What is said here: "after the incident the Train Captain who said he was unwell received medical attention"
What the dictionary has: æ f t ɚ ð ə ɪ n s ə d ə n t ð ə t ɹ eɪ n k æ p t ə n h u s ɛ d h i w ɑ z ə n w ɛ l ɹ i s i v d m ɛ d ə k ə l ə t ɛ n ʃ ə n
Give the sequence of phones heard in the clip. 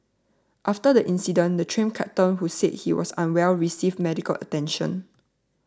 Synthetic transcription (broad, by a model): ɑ f t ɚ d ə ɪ n s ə d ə n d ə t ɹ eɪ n k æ t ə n h u s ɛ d h i w ɑ s ə n w ɛ l ɹ i s i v m ɛ d ə k ə l ə t ɛ n ʃ ə n